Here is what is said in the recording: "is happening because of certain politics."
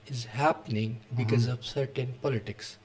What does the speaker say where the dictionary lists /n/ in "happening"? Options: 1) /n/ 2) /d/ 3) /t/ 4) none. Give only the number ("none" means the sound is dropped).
1